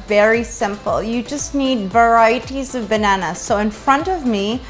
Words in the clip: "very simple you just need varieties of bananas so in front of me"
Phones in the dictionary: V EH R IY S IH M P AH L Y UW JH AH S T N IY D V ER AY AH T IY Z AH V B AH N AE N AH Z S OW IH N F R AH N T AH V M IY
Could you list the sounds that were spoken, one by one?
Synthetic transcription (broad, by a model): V EH R IY S IH M P L Y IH JH AH S T N IY D V ER AY AH T IY Z AH V B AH N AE N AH S OW IH N F R AH N T AH V M IY